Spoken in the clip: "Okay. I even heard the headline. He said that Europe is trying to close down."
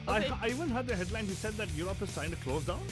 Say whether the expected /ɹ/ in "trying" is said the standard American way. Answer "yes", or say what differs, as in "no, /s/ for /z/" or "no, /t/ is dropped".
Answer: no, /ɹ/ is dropped